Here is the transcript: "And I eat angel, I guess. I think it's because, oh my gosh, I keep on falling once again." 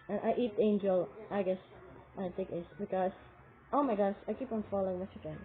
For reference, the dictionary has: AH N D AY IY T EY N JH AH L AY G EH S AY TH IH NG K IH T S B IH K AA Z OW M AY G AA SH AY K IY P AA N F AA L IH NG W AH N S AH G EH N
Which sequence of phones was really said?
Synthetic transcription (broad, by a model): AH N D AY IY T EY N JH AH L AY G EH S AY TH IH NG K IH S B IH K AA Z OW M AY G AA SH AY K IY P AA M F AA L IH NG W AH S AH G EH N